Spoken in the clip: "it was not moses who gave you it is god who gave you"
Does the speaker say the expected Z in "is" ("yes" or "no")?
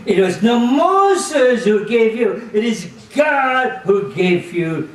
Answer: yes